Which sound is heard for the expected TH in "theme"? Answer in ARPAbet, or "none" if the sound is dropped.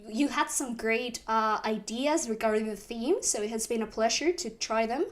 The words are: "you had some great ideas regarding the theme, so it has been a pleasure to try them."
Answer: TH